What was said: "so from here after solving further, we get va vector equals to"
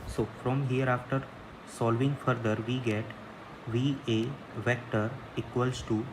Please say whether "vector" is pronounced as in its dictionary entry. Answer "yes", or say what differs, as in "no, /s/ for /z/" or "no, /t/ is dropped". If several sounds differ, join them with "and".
yes